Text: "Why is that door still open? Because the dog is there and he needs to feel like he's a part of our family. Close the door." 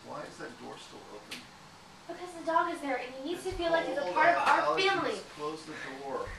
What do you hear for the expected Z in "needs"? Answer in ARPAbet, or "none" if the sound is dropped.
none